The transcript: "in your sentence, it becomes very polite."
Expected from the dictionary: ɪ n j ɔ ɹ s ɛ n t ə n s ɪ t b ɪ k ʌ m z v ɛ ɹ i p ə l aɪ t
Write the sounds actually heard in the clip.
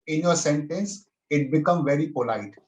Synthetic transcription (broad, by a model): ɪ n j ɔ ɹ s ɛ n t ə n s ɪ t b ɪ k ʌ m v ɛ ɹ i p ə l aɪ t